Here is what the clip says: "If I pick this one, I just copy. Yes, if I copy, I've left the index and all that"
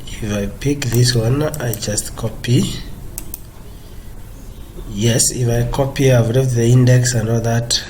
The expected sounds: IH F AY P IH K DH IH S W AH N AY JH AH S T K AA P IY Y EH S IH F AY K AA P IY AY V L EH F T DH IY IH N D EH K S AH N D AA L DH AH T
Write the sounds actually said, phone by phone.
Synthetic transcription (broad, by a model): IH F AY P IH K DH IH S W AH N AY JH AH S T K AA P IY Y EH S IH F AY K AA P IY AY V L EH T DH IY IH N D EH K S AH N D AA L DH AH T